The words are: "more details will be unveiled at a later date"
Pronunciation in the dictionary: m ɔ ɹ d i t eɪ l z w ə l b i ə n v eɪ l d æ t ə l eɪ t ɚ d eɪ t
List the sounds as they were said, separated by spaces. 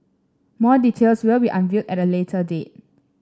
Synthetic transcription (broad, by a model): m ɔ d i t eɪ l s w ə l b i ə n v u d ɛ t ə l eɪ t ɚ d eɪ t